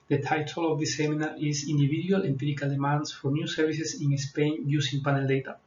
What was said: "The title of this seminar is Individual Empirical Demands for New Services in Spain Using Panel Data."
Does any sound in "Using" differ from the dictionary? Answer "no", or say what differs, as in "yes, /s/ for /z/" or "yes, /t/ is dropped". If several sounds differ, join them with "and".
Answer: yes, /s/ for /z/